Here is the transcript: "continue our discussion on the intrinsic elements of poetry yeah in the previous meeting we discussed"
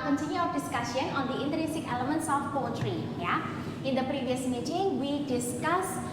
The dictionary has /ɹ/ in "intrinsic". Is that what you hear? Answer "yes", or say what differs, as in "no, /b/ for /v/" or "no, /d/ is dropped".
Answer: no, /ɹ/ is dropped